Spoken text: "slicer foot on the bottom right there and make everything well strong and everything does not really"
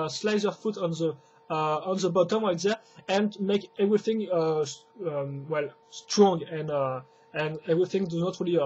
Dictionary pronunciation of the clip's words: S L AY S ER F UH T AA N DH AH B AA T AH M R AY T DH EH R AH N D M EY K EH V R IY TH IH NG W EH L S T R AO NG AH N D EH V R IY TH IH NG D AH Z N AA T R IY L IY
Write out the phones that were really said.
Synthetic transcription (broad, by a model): S L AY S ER F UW T AA N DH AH B AA T AH M L AY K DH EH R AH N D M EY K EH V R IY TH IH NG W EH L S T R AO NG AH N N EH V R IY TH IH NG D AH Z N AA T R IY L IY